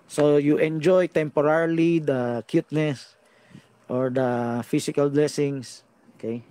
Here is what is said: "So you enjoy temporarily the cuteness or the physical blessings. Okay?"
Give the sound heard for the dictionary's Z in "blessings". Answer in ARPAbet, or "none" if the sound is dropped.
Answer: S